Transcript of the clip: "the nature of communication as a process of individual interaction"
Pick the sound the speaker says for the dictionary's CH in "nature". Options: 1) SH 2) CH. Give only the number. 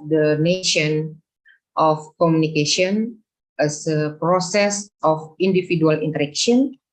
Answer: 1